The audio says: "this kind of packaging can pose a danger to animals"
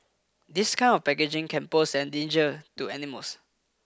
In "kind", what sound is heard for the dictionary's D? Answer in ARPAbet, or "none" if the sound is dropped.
none